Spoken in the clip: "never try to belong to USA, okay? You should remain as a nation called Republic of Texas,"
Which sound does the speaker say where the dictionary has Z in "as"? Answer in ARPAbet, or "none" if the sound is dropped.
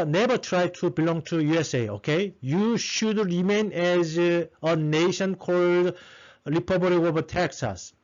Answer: Z